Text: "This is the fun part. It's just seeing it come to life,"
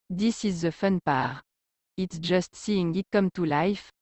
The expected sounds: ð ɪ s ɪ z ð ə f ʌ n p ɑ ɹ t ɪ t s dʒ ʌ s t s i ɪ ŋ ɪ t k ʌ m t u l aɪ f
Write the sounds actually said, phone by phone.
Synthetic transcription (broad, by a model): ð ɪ s ɪ z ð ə f ʌ n p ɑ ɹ ɪ t s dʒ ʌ s t s i ɪ ŋ ɪ t k ʌ m t u l aɪ f